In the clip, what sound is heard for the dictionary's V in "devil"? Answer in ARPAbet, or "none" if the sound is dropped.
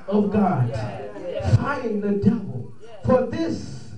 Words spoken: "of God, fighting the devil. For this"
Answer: V